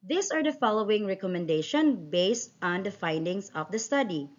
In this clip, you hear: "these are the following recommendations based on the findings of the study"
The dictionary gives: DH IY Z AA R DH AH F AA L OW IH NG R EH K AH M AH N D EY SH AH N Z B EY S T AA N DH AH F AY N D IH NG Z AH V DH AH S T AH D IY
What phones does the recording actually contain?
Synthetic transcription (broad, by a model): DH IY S AA R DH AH F AA L OW IH NG R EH K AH M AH N D EY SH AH N B EY S T AA N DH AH F AY N D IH NG S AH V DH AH S T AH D IY